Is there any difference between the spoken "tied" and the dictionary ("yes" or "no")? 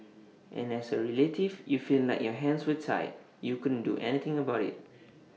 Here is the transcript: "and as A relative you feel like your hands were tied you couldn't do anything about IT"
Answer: yes